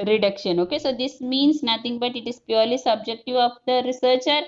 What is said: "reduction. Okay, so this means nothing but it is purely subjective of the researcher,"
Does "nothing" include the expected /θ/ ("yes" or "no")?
no